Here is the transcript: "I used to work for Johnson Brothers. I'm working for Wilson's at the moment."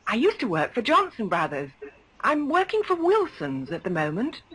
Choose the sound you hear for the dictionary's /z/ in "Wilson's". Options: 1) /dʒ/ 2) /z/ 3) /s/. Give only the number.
2